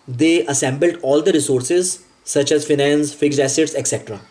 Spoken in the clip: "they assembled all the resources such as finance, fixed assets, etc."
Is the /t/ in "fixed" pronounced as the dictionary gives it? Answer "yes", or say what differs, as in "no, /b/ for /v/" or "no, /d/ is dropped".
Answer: no, /t/ is dropped